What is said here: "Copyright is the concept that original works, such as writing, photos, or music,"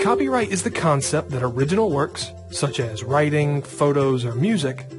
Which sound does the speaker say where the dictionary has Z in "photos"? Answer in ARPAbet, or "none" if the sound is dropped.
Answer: Z